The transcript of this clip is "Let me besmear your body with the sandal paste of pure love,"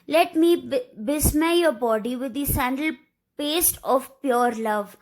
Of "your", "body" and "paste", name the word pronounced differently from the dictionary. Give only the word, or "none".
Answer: none